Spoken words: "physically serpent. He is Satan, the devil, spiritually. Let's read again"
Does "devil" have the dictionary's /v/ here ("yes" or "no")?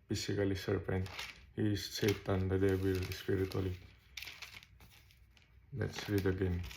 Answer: no